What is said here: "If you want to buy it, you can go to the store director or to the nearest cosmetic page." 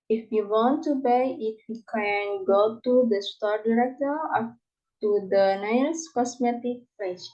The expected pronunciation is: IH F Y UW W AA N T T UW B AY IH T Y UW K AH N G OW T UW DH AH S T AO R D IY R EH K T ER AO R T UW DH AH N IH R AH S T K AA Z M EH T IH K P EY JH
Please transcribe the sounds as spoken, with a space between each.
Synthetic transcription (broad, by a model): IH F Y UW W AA N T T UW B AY IH T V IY K AH N G OW T UW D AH S T AO R D IY R EH K T ER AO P T UW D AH N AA AH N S K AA S M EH T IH K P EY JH